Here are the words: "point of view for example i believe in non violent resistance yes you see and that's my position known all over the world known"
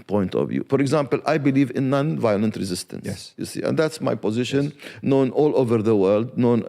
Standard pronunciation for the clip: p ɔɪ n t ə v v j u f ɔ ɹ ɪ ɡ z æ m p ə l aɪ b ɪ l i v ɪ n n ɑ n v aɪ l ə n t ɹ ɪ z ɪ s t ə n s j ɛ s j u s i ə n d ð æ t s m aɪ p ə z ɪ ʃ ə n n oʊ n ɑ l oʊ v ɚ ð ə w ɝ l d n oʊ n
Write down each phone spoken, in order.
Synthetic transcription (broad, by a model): p ɔɪ n t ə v v j u f ɔ ɹ ɪ ɡ z æ m p ə l aɪ b ɪ l i v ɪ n n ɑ n v aɪ l ə n t ɹ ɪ z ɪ s t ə n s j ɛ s j u s i ə n d ð æ t s m aɪ p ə z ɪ ʃ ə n n oʊ n ɑ l oʊ v ɚ ð ə w ɝ l d n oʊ n